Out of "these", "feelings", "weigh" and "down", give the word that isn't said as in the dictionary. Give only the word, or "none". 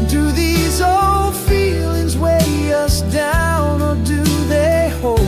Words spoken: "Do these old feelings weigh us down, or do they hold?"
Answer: none